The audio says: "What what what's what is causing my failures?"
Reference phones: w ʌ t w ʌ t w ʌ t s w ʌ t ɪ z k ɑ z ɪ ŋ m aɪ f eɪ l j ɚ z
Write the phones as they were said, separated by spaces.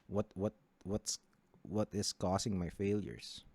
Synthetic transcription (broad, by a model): w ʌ t w ʌ t w ʌ t s w ʌ t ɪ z k ɑ s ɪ ŋ m aɪ f eɪ l j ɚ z